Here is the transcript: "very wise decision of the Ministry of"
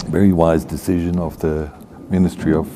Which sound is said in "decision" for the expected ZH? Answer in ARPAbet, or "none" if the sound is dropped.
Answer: ZH